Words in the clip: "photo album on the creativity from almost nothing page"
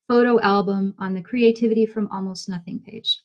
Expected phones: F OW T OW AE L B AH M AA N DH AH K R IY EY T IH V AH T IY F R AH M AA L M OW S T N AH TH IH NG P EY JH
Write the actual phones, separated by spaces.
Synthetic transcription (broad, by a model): F OW T OW AE L B AH M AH N DH AH K R IY EY T IH V AH T IY F R AH M AA L M OW S T N AH TH IH NG P EY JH